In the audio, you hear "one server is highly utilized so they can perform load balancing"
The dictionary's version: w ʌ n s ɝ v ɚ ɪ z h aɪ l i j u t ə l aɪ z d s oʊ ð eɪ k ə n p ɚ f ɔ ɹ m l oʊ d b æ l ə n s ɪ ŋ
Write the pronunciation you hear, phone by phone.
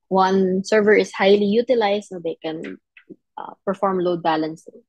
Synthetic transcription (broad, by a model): w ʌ n s ɝ v ɚ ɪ s h aɪ l i j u t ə l aɪ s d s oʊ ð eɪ k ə n p ɚ f ɔ ɹ m l oʊ d b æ l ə n s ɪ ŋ